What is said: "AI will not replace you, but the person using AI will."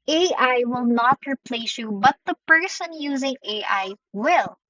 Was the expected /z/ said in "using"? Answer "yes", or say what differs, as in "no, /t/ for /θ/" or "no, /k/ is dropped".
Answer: yes